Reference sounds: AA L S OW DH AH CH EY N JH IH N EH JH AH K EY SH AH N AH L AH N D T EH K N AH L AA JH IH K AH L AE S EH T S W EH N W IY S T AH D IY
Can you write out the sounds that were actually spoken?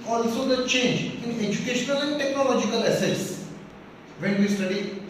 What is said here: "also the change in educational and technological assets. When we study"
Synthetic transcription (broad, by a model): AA L S OW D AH CH EY N JH IH N EH JH AH K EY SH AH N AH L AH N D T EH K N AH L AA JH IH K AH L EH S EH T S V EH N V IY S T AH D IY